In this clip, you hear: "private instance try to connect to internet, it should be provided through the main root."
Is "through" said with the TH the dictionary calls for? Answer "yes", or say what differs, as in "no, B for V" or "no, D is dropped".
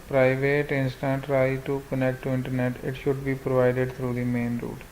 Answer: no, T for TH